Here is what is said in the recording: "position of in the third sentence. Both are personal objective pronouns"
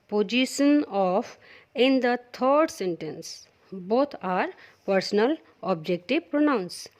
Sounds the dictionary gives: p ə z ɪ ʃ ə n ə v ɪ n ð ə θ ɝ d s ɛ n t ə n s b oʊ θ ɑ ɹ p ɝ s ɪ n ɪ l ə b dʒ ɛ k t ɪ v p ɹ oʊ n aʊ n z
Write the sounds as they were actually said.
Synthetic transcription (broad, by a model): p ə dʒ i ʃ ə n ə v ɪ n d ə t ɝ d s ɛ n t ə n s b oʊ t ɑ ɹ p ɝ s ɪ n ɪ l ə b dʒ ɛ k t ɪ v p ɹ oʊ n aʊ n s